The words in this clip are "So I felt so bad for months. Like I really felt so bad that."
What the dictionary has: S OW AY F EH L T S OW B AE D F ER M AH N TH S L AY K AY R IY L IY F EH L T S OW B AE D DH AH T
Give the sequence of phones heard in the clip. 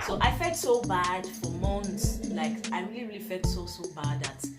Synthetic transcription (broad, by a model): S OW AY F EH L T S OW B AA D F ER M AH N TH S L AY K AY R IY L IY F EH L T S OW B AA D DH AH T